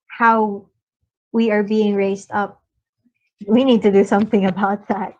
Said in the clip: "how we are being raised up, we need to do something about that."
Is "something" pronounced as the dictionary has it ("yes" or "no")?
yes